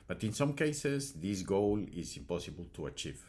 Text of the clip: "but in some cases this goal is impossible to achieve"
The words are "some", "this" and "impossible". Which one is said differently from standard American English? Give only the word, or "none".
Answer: none